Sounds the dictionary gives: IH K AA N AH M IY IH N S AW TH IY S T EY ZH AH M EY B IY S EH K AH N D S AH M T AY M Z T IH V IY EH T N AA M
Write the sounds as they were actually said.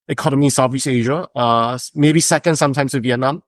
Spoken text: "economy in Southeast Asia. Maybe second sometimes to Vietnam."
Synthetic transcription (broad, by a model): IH K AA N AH M IY IH N S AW F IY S EY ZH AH M EY B IY S EH K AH N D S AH M T AY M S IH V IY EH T N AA M